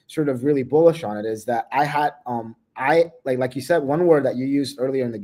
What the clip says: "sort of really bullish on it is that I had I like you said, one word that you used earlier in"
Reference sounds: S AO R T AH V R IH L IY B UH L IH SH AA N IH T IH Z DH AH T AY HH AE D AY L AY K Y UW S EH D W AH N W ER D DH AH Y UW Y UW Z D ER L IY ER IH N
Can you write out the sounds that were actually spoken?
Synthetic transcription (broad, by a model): S AO R T AH V R IH L IY B UH L IH SH N IH T IH Z DH AH T AY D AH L AY L AY K Y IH S EH D W AH N W ER D DH AH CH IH Y UW Z D ER L IY ER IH N